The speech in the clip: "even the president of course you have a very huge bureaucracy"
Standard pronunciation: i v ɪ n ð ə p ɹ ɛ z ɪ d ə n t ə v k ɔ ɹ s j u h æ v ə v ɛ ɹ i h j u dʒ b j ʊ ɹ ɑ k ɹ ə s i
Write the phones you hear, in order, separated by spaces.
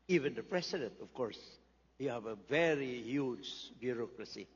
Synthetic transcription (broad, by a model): i v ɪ n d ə p ɹ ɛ s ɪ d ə n t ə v k ɔ ɹ s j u h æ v ə v ɛ ɹ i h j u dʒ b j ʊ ɹ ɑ k ɹ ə s i